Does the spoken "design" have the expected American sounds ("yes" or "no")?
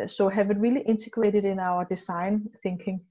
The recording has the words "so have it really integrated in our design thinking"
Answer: no